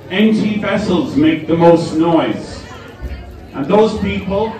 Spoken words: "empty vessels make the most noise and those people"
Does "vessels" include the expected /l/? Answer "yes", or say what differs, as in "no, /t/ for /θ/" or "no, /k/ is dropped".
yes